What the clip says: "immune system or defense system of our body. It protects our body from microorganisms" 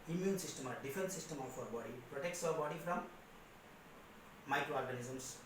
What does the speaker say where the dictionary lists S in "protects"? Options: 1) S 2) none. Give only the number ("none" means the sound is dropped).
1